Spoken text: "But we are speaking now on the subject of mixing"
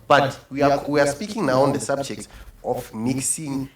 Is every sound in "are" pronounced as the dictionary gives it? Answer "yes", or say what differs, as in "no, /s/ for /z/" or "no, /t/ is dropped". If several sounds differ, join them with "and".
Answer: no, /w/ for /ɹ/